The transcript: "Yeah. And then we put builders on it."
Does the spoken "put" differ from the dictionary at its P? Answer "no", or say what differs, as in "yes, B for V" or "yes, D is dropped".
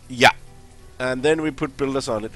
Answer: no